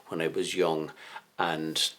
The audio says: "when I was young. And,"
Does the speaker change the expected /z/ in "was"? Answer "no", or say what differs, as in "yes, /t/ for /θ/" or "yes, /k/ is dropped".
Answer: no